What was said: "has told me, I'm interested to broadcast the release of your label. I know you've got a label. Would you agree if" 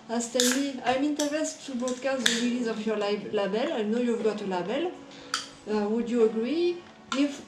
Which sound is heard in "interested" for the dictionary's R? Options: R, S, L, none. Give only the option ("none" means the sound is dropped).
none